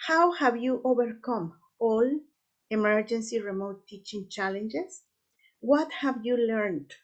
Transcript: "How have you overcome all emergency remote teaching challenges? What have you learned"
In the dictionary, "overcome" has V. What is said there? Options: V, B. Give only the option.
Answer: B